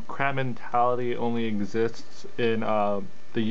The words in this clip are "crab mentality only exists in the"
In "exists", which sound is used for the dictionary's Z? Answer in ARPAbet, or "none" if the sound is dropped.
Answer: Z